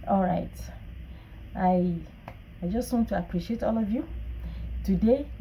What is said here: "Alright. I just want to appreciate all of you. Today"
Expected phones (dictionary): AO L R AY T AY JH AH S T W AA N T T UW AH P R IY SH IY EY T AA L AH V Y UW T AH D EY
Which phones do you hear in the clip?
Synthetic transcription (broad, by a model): AO L R AY T AY JH AH S T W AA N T T UW AH P R IY SH IY EY T AA L AH V Y UW T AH D EY